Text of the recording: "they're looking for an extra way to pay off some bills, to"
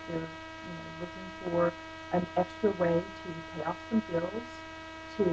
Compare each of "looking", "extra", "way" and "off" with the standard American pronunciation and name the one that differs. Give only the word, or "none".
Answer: off